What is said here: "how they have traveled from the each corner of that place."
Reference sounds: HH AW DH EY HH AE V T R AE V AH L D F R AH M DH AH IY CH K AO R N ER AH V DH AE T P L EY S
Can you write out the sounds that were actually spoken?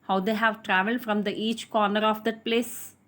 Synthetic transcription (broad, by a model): HH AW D EY HH AE V T R AE V AH L D F R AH M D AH IY CH K AO R N ER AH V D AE T P L EY S